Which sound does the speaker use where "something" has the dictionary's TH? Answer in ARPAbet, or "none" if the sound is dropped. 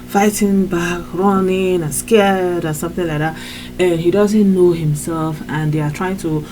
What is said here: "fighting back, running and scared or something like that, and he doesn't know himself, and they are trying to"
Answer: TH